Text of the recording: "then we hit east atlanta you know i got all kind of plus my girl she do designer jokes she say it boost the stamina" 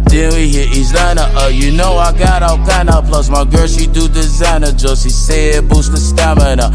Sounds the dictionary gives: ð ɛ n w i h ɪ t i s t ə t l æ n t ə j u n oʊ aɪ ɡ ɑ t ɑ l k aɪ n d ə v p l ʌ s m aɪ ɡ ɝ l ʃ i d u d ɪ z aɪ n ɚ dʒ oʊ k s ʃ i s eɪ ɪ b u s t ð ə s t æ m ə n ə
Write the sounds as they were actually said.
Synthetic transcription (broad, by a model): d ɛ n w i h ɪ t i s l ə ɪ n t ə j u n oʊ aɪ ɡ ɑ t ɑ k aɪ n ə p l ʌ s m aɪ ɡ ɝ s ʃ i d u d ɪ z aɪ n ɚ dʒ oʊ s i s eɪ ɪ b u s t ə s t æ m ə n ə